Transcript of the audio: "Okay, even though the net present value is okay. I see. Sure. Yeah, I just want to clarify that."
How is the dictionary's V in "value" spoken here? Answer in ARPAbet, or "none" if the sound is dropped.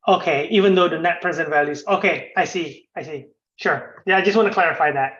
V